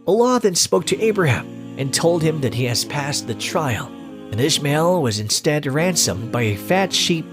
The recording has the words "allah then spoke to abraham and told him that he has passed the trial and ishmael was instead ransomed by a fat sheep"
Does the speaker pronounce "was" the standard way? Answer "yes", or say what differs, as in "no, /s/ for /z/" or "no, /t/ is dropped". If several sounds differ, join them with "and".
yes